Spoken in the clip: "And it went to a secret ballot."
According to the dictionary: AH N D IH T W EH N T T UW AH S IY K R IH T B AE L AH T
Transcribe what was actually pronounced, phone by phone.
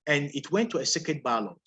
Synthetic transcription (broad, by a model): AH N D IH T W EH N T T UW AH S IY K IH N B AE L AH